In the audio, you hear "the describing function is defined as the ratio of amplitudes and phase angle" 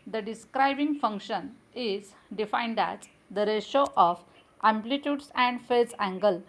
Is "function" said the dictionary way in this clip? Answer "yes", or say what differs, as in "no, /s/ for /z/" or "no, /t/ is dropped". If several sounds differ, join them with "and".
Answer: yes